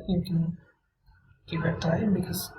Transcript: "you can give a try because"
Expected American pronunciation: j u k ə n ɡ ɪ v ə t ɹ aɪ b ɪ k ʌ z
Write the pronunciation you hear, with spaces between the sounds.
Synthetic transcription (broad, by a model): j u k ə n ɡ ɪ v ə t aɪ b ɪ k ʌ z